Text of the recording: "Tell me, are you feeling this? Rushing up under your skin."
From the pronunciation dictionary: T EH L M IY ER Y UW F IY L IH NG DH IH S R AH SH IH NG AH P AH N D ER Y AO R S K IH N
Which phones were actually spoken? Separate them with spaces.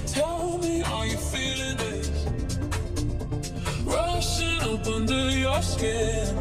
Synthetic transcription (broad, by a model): T EH L M IY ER Y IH F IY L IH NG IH SH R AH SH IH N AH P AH N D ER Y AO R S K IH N